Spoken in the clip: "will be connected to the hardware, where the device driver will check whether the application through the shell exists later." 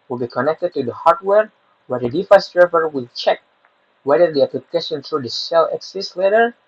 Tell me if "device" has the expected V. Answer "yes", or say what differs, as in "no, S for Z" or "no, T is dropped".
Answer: no, F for V